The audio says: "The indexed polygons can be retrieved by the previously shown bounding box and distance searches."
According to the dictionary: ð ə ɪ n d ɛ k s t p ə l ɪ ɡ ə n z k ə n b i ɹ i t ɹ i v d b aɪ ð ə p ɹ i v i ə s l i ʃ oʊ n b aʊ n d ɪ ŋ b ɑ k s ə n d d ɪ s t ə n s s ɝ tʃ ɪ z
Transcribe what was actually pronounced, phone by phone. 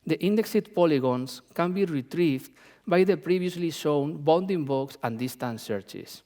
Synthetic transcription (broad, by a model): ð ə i n d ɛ k s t p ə l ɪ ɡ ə n s k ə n b i ɹ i t ɹ i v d b aɪ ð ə p ɹ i b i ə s l i ʃ oʊ n b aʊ n d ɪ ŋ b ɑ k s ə n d d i s t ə n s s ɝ tʃ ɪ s